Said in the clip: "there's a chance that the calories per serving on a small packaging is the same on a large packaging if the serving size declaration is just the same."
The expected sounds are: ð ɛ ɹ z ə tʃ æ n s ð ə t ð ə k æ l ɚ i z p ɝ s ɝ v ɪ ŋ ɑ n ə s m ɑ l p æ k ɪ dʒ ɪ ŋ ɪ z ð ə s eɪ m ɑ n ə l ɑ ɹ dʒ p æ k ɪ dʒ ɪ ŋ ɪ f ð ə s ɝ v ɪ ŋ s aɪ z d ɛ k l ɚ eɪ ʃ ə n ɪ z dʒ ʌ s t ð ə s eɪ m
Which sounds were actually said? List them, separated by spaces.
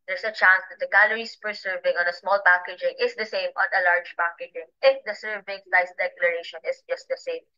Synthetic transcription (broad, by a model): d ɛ ɹ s ə tʃ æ n s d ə t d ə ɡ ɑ l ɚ i s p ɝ s ɝ v ɪ ŋ ɑ n ə s m ɑ l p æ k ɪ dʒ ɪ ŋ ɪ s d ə s eɪ m ɑ n ə l ɑ ɹ dʒ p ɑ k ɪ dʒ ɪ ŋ ɪ f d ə s ɝ v ɪ ŋ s aɪ s d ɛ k l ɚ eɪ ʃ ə n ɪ s dʒ ʌ s t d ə s eɪ m